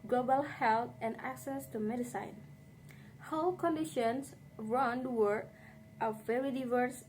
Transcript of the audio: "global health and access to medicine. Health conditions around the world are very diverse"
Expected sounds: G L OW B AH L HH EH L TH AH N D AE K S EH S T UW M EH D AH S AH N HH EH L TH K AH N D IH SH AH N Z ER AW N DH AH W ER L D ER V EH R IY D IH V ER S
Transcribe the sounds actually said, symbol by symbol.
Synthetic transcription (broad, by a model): G L OW B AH L HH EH L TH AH N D AE K S EH S T UW M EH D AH S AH N HH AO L K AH N D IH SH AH N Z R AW N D W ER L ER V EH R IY D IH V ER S